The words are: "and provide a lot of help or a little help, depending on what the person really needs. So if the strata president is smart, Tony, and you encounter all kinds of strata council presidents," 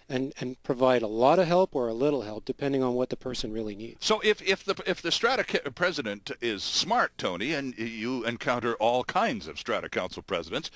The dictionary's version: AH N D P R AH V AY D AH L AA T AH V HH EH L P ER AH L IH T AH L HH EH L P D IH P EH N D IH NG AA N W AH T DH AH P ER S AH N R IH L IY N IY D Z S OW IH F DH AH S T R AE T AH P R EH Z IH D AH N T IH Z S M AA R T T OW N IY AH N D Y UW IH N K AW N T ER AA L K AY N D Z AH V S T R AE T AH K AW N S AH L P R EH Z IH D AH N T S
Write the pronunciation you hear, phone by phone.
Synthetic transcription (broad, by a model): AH N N P R AH V AY D AH L AA T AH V HH EH L P ER AH L IH T L HH EH L P D IH P EH N D IH NG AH N W AH T DH AH P ER S AH N R IH L IY N IY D S OW IH F DH AH S T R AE T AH P R EH Z IH D AH N T IH Z S M AA R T T OW N IY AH N Y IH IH N K AW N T ER AA L K AY N D Z AH V S T R AE T AH K AW N S L P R EH Z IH D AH N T S